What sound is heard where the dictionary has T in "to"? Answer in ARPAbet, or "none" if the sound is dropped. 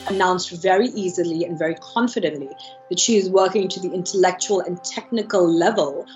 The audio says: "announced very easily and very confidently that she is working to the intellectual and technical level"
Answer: T